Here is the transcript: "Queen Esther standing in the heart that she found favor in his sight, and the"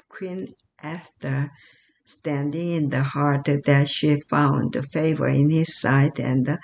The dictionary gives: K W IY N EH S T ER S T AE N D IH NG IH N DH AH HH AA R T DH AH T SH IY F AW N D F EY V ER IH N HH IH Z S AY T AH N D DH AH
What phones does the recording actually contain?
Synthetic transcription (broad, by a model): K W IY N EH S T ER S T AE N D IH NG IH N DH AH HH AA R T DH AH T SH IY F AW N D F EY V ER IH N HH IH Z S AY T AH N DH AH